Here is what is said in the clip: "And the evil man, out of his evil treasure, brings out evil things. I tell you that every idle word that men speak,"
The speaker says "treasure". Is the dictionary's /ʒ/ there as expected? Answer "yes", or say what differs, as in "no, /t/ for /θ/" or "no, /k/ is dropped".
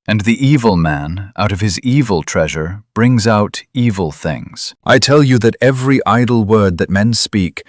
yes